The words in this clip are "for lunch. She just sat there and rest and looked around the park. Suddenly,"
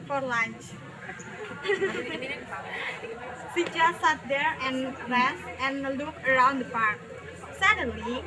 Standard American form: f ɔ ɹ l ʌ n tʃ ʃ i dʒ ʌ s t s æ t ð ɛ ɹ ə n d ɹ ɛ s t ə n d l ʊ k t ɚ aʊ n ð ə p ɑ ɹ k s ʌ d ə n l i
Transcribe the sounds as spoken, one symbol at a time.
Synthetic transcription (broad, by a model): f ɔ ɹ l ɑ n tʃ s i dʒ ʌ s s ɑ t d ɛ ɹ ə n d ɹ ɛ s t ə n l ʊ k ɚ aʊ n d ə p ɑ ɹ k s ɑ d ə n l i